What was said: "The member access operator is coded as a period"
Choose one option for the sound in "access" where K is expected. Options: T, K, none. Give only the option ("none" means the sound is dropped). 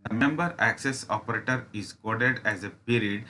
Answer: K